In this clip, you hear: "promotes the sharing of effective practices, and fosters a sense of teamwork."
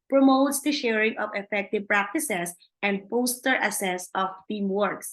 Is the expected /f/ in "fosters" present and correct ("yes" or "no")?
no